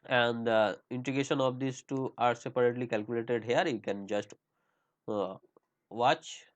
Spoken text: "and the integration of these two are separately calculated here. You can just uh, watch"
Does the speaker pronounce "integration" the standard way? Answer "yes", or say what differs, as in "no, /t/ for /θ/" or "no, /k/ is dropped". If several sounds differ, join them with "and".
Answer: no, /ɹ/ is dropped